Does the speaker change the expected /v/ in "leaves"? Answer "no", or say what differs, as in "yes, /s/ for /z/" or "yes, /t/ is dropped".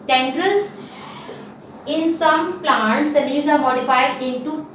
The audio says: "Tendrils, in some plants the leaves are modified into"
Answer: yes, /v/ is dropped